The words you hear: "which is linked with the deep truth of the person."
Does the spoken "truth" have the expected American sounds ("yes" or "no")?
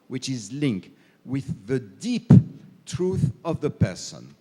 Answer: yes